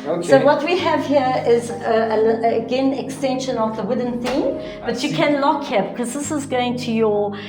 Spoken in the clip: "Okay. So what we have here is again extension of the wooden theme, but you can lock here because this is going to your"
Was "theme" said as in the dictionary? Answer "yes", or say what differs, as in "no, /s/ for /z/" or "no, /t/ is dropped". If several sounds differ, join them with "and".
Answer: yes